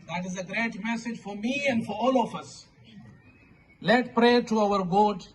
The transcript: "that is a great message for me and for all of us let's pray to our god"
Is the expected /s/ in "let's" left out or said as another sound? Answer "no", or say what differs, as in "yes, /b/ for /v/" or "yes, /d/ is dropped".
yes, /s/ is dropped